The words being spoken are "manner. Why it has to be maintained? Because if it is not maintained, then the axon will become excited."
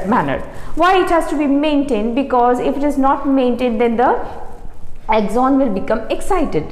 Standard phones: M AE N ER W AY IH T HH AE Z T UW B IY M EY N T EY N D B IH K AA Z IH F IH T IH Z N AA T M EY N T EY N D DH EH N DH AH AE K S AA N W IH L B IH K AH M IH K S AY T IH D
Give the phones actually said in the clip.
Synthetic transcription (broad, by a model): M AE N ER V AY IH T HH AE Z T UW B IY M EY N T EY N D B IH K AA Z IH F IH T IH Z N AA T M EY N T EY N D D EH N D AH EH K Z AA N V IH L B IH K AH M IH K S AY T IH D